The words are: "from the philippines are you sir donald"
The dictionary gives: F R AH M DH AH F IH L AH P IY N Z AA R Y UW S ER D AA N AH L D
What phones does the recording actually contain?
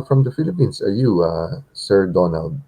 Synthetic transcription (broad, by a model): F R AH M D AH F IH L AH P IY N S AA R Y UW S ER D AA N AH L D